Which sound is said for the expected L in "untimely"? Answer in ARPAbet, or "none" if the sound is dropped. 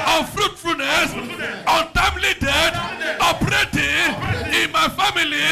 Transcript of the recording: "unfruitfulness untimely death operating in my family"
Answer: L